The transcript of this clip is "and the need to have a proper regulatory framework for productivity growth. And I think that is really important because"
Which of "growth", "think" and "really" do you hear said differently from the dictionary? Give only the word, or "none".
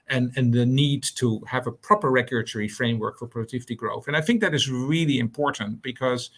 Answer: none